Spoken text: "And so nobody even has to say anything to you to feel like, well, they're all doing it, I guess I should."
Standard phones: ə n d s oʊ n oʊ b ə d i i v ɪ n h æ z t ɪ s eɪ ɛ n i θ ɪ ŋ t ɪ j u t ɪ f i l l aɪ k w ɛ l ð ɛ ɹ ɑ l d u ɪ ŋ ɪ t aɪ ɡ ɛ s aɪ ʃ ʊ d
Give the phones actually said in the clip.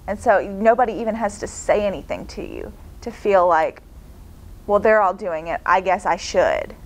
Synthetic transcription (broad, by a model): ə n s oʊ n oʊ b ə d i i v ɪ n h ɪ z t ɪ s eɪ ɛ n i θ ɪ ŋ t ɪ j u t ɪ f i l l aɪ k w ɛ l ð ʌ ɹ ɑ l d u ɪ ŋ ɪ t aɪ ɡ ɛ s aɪ ʃ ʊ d